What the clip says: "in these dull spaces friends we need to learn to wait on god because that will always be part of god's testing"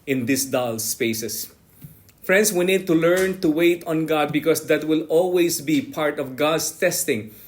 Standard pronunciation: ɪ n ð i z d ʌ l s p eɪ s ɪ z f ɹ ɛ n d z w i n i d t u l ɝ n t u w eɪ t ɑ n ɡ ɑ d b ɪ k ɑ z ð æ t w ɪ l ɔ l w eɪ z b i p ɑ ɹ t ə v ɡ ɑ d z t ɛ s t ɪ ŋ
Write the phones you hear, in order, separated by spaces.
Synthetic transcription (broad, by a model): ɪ n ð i s d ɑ l s p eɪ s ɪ s f ɹ ɛ n d s w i n i d t u l ɝ n t u w eɪ t ɑ n ɡ ɑ d b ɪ k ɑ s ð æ t w ɪ l ɔ l w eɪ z b i p ɑ ɹ t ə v ɡ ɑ d s t ɛ s t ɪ ŋ